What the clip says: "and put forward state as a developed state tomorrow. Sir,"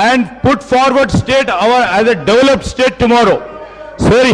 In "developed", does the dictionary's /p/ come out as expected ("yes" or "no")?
yes